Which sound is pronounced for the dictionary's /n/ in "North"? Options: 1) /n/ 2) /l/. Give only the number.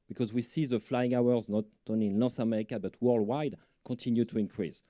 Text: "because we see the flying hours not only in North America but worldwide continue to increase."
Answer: 2